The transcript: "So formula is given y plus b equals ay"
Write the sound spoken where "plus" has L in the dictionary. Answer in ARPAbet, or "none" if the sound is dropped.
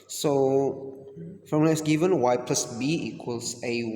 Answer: L